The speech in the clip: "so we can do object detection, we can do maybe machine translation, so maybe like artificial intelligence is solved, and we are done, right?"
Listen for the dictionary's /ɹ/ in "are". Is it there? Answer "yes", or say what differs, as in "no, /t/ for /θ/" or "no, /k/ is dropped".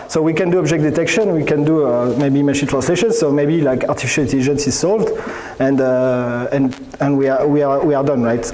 no, /w/ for /ɹ/